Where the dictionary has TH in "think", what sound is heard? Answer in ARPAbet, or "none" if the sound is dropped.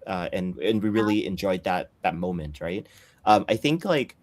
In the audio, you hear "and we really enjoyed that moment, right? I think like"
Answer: TH